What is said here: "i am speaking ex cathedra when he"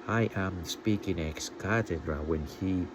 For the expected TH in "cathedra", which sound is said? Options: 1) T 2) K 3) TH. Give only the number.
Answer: 1